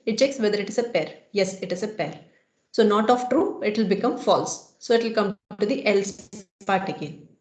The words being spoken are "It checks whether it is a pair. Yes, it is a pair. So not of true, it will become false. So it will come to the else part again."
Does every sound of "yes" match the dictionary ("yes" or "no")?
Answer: yes